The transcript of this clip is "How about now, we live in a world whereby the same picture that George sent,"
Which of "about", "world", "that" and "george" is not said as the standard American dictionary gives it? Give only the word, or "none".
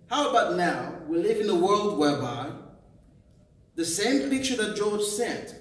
none